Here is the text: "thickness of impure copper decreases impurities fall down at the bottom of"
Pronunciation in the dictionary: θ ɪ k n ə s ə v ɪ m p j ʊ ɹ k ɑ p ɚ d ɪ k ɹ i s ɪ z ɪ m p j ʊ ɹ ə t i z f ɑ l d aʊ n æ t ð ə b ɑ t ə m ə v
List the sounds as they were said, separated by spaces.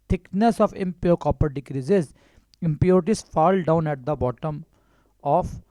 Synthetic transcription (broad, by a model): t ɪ k n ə s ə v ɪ m p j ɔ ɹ k ɑ p ɚ d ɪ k ɹ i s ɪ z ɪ m p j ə t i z f ɑ l d aʊ n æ t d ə b ɑ t ə m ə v